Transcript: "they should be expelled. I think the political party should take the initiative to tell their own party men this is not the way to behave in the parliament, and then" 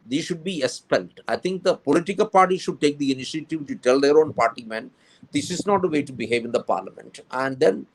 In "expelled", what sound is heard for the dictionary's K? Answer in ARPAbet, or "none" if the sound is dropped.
none